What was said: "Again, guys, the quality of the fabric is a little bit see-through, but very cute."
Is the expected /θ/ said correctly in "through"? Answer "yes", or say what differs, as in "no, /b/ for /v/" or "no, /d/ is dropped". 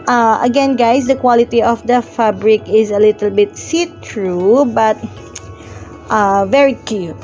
no, /t/ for /θ/